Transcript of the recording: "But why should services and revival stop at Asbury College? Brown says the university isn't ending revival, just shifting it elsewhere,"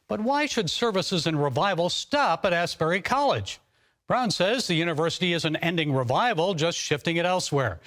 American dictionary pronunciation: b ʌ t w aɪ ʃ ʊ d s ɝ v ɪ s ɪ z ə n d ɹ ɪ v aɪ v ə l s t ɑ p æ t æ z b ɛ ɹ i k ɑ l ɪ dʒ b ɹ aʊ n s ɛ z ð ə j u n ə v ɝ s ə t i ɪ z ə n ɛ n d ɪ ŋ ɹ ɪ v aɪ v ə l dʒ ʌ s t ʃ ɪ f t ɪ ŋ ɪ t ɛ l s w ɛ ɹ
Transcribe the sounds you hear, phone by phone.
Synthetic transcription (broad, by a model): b ʌ t w aɪ ʃ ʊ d s ɝ v ɪ s ɪ z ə n ɹ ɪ v aɪ v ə l s t ɑ p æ t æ s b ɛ ɹ i k ɑ l ɪ dʒ b ɹ aʊ n s ɛ z ð ə j u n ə v ɝ s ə t i ɪ z ə n ɛ n d ɪ ŋ ɹ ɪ v aɪ v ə l dʒ ʌ s t ʃ ɪ f t ɪ ŋ ɪ t ɛ l s w ɛ ɹ